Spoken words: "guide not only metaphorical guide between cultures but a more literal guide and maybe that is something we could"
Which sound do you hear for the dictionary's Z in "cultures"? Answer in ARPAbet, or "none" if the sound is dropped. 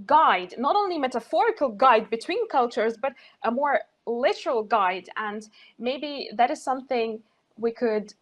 Z